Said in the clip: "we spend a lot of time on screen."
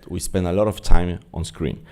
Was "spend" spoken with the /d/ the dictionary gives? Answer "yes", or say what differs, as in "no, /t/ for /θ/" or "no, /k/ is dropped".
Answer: yes